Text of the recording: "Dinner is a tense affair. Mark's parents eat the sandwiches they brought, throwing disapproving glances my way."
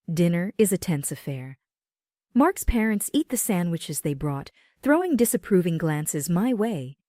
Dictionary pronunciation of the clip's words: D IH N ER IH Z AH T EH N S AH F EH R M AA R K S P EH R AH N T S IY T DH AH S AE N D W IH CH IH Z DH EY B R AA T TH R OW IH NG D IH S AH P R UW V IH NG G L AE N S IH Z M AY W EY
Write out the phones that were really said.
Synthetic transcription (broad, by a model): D IH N ER IH Z AH T EH N S AH F EH R M AA R K S P EH R AH N T S IY T DH AH S AE N D W IH CH IH Z DH EY B R AA T TH R OW IH NG D IH S AH P R UW V IH NG G L AE N S IH Z M AY W EY